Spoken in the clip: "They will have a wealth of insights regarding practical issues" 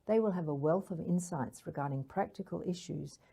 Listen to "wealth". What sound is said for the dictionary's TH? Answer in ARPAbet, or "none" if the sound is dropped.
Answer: TH